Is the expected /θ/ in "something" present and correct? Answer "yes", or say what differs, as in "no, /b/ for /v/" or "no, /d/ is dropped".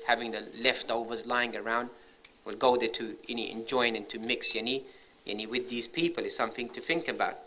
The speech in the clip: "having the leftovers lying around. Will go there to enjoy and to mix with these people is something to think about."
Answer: yes